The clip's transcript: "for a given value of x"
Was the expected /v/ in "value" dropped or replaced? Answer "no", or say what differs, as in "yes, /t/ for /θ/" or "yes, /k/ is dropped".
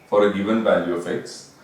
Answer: no